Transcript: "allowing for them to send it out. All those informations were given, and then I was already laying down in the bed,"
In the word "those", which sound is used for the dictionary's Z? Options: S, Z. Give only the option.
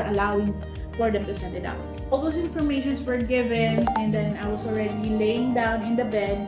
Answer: S